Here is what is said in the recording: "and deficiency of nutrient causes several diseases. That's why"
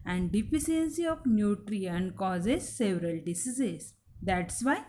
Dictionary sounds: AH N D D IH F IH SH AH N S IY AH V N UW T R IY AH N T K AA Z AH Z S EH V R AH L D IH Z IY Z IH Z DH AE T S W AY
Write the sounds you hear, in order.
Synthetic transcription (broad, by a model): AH N D D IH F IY S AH N S IY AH F N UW T R IY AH N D K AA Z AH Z S EH V R AH L D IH S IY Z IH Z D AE T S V AY